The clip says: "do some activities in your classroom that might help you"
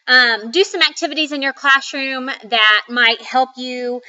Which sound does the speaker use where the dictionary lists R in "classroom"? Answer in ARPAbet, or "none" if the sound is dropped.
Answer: R